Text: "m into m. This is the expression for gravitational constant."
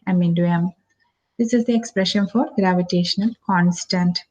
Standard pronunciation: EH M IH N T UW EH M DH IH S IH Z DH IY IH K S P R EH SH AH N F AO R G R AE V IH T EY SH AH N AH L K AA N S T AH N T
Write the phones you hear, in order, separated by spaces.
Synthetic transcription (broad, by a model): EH M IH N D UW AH M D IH S IH Z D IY IH K S P R EH SH AH N F AO R G R AE V IH T EY SH AH N AH L K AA N S T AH N T